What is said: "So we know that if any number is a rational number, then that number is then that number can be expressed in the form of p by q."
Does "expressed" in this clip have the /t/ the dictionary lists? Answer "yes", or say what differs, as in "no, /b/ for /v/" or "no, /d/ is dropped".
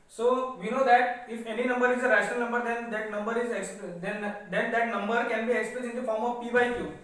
no, /t/ is dropped